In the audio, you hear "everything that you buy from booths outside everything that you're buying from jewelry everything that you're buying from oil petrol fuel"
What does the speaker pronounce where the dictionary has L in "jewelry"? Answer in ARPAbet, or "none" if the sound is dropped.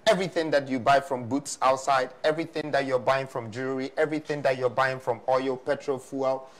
none